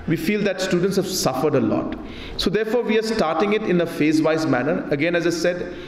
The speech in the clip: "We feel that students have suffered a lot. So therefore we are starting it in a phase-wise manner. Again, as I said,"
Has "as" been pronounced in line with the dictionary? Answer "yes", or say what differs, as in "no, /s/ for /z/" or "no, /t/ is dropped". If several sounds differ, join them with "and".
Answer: yes